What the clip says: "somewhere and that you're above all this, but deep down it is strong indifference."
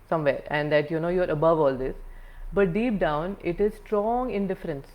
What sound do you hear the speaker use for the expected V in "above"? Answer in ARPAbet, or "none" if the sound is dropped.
V